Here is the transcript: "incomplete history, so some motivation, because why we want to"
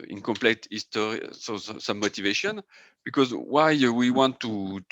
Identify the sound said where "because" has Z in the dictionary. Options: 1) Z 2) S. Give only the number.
1